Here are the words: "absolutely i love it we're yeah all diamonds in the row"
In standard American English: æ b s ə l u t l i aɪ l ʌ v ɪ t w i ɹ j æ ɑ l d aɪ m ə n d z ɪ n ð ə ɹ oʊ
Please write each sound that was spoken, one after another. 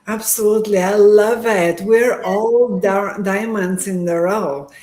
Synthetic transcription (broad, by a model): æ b s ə l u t l i aɪ l ʌ v ɪ t w i ɹ ɑ l d aɪ m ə n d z ɪ n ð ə ɹ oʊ